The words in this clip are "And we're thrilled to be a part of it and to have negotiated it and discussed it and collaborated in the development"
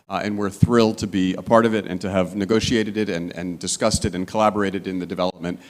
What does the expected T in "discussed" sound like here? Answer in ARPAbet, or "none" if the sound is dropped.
T